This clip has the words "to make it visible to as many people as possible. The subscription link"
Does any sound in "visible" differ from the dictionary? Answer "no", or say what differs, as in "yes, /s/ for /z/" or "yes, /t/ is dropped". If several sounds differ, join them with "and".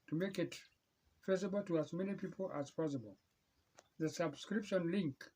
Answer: yes, /f/ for /v/